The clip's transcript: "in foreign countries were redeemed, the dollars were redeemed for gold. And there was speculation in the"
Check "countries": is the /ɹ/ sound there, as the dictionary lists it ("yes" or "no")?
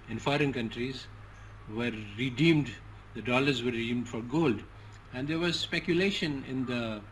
yes